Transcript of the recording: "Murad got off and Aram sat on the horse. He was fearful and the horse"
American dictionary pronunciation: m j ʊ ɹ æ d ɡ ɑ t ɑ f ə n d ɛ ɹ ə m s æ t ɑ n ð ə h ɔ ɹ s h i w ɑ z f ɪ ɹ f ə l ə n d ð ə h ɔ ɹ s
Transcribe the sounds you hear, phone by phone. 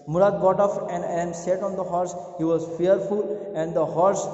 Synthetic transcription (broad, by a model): m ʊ ɹ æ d ɡ ɑ t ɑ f ə n d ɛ ə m s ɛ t ɑ n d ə h ɔ ɹ s h i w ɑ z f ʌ ɹ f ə l ə n d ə h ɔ ɹ s